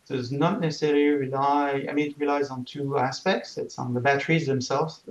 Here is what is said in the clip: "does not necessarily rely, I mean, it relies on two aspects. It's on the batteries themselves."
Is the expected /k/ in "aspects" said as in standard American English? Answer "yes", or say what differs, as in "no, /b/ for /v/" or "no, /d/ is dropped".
yes